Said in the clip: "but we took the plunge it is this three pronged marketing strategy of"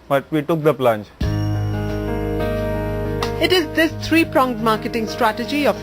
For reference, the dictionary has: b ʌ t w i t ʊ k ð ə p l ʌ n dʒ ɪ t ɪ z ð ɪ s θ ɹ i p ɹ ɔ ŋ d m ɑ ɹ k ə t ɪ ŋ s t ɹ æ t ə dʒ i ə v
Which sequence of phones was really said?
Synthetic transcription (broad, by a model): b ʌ t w i t ʊ k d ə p l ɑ n tʃ ɪ t ɪ z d ɪ s t ɹ i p ɹ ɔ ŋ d m ɑ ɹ k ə t ɪ ŋ s t ɹ æ t ə dʒ i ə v